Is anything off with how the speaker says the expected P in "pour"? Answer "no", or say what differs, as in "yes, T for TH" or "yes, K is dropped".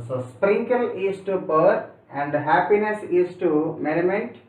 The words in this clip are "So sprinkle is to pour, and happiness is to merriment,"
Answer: yes, B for P